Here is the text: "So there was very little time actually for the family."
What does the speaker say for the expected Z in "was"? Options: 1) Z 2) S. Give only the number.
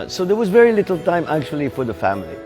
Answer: 1